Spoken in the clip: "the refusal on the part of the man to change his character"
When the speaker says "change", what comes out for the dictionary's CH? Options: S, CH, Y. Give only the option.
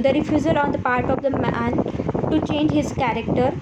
CH